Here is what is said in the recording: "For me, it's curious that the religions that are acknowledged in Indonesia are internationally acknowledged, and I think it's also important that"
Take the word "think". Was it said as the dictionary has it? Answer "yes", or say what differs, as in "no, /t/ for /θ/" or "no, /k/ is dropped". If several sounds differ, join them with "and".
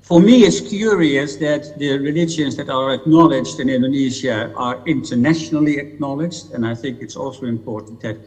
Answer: yes